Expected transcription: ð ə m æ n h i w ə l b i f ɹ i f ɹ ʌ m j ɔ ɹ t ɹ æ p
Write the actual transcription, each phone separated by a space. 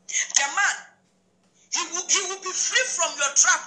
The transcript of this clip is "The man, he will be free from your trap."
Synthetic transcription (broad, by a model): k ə m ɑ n h i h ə w b i f ɹ i f ɹ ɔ m j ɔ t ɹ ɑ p